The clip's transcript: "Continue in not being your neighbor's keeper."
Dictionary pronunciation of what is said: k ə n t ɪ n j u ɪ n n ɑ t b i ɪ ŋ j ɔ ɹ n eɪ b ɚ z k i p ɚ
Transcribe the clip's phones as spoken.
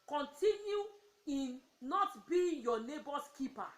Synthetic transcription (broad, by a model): k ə n t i n j u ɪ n n ɑ t b i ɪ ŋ j ɔ n eɪ b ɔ s k i p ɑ